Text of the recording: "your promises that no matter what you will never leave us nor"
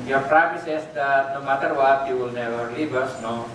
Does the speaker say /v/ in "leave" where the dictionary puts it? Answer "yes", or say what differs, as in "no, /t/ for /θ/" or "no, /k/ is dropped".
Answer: no, /b/ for /v/